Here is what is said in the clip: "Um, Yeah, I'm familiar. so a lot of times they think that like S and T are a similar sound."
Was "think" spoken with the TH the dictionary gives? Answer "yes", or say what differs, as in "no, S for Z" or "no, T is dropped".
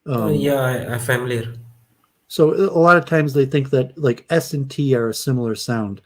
yes